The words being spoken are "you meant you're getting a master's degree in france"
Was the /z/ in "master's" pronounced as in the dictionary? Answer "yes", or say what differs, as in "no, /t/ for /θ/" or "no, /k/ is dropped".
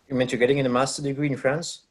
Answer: no, /z/ is dropped